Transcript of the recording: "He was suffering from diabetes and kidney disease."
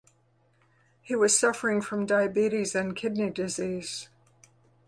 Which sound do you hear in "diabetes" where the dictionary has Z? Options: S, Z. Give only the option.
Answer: Z